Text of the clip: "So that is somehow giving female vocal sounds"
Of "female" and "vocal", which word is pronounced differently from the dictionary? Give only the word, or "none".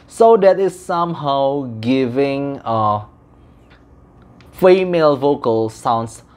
none